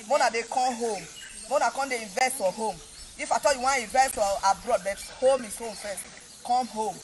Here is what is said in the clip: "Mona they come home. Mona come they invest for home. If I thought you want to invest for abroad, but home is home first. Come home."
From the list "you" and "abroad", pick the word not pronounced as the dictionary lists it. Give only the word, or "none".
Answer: none